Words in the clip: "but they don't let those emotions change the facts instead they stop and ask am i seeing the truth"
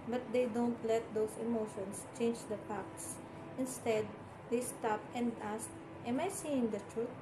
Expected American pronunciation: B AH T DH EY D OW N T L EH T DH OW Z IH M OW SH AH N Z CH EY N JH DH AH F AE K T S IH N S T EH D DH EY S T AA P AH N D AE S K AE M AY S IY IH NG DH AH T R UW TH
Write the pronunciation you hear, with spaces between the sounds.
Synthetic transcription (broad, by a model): B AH T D EY D OW N T L EH T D OW S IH M OW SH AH N S CH EY N JH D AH P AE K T S IH N S T EH D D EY S T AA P AH N D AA S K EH M AY S IY IH NG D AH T R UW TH